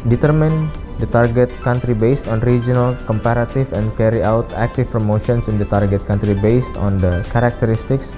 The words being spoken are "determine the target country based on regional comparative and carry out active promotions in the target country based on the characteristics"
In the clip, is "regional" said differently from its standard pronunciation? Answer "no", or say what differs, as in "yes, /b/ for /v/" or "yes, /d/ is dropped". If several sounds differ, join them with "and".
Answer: no